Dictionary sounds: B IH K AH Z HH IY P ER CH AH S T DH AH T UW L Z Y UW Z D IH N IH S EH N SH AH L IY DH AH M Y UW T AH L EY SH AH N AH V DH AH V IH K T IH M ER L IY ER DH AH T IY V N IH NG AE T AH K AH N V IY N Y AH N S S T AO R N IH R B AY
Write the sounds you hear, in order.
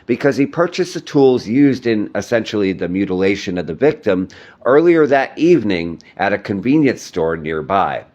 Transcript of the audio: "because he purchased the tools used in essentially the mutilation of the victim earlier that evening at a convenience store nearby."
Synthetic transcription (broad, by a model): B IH K AH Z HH IY P ER CH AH S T DH AH T UW L Z Y UW Z D IH N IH S EH N SH L IY DH AH M Y UW T AH L EY SH AH N AH V DH AH V IH K T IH M ER L IY ER DH AH T IY V N IH NG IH T AH K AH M V IY N Y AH N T S T AO R N IH R B AY